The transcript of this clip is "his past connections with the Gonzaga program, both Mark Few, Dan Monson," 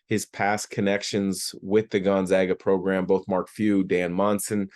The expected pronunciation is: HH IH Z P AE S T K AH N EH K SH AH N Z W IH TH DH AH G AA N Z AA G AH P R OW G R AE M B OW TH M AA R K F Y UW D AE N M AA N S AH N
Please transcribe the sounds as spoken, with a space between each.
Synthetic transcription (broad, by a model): HH IH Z P AE S K AH N EH K SH AH N Z W IH DH AH G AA N Z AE G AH P R OW G R AE M B OW TH M AA R K F Y UW D AE N M AA N S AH N